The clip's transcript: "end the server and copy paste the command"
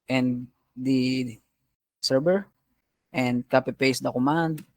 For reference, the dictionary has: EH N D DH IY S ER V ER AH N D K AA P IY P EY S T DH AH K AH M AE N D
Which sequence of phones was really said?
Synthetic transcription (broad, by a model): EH N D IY S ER B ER AH N D K AA P IY P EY S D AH K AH M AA N D